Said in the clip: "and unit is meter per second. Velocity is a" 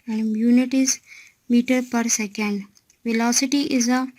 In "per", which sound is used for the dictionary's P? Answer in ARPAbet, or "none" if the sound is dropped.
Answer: P